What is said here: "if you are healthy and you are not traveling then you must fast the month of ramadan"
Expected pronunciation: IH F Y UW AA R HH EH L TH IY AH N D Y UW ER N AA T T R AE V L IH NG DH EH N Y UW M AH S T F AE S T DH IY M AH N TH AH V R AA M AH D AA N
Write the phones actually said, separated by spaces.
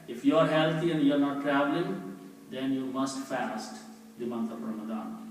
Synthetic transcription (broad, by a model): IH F Y UW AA R HH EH L T IY AH N D Y UW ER N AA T T R AE V L IH NG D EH N Y UW M AH S T F AE S T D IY M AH N T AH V R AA M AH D AA N